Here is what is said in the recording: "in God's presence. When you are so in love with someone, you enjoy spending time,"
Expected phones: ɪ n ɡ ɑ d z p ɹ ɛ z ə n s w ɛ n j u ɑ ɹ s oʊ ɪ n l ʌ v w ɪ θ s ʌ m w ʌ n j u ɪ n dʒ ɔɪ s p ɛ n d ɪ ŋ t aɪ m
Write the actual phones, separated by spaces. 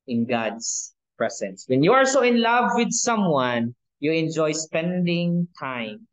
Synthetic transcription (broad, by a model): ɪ n ɡ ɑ d s p ɹ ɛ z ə n s w ɛ n j u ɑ l s oʊ ɪ n l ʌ v w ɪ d s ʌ m w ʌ n j u ɪ n dʒ ɔɪ s p ɛ n d ɪ ŋ t aɪ m